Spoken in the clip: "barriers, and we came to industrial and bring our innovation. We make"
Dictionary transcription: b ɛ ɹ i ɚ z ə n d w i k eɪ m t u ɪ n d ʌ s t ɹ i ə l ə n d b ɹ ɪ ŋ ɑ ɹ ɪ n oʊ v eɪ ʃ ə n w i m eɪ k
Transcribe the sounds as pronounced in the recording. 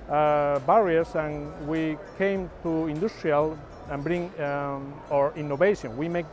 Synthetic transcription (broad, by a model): b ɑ ɹ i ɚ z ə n w i k eɪ m t u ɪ n d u s t ɹ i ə l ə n b ɹ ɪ ŋ ɑ ɹ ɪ n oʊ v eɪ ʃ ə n w i m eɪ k